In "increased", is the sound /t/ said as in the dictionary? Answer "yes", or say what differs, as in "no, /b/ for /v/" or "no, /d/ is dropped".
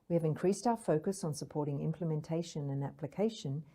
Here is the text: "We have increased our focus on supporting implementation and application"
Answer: yes